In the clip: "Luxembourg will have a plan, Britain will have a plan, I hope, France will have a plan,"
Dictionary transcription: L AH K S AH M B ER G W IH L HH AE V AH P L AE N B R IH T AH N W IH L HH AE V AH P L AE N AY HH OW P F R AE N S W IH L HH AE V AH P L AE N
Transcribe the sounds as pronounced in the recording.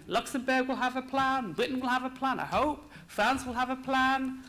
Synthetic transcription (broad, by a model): L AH K S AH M B ER G W IH L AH V AH P L AE N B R IH T N W IH L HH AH V AH P L AE N AY HH OW P F R AE N S W IH L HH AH V AH P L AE N